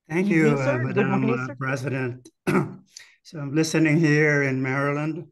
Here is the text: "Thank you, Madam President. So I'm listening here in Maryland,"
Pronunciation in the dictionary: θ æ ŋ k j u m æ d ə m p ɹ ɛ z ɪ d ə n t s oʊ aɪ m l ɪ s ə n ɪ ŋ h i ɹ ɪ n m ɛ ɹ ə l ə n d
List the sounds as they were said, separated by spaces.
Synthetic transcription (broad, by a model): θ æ ŋ k j u m æ d ə m p ɹ ɛ z ɪ d ə n t s oʊ aɪ m l ɪ s ə n ɪ ŋ h i ɹ ɪ n m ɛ ɹ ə l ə n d